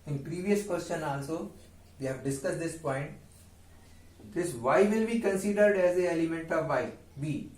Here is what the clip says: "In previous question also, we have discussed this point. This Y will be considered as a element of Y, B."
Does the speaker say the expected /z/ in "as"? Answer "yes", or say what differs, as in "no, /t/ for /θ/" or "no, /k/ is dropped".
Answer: yes